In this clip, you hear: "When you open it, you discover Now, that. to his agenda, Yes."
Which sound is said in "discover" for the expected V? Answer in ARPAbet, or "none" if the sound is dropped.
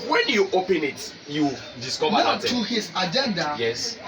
W